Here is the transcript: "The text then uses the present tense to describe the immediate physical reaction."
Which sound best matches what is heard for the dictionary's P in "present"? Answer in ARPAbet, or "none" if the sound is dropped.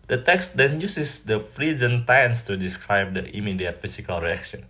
F